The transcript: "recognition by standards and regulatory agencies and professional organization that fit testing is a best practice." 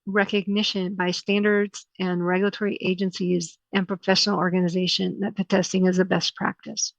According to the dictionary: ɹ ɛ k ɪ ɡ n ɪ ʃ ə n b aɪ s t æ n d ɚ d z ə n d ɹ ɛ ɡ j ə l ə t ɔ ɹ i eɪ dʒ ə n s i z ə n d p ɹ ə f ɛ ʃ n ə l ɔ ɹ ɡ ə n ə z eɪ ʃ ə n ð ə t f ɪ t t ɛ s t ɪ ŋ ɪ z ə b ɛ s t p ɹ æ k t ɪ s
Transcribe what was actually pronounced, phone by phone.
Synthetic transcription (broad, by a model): ɹ ɛ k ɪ ɡ n ɪ ʃ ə n b aɪ s t æ n d ɚ d z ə n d ɹ ɛ ɡ j l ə t ɔ ɹ i eɪ dʒ ə n s i z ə n p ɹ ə f ɛ ʃ n l ɔ ɹ ɡ ə n ə z eɪ ʃ ə n ð ə t p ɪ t t ɛ s t ɪ ŋ ɪ z ə b ɛ s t p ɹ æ k t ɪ s